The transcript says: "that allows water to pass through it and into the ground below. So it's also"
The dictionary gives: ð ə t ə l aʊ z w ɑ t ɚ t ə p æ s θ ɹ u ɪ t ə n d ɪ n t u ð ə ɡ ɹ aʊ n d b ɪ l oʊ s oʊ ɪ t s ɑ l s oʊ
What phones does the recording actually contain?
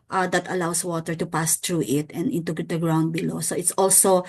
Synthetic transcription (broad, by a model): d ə t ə l aʊ s w ɑ t ɚ t ə p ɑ s t ɹ u ɪ t ə n d ɪ n t u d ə ɡ ɹ aʊ n d b ɪ l oʊ s oʊ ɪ t s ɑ l s oʊ